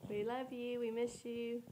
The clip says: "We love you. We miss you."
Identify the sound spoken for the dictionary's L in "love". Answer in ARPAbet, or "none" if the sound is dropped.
L